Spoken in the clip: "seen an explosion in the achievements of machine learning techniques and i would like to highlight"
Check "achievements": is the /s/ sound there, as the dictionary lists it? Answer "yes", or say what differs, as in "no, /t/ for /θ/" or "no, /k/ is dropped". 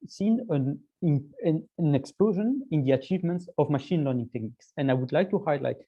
yes